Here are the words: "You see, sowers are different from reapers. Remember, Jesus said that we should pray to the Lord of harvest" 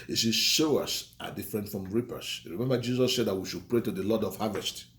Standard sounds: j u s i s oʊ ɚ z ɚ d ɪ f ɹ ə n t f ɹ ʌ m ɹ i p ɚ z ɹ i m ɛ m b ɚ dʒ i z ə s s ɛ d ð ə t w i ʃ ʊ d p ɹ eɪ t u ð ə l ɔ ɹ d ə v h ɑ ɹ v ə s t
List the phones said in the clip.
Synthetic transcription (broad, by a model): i s i ʃ oʊ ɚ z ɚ d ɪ f ɹ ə n t f ɹ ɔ m ɹ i p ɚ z ɹ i m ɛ m b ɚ dʒ i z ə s s ɛ d ð ə t w i ʃ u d p ɹ eɪ t u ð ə l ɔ d ə v h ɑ v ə s t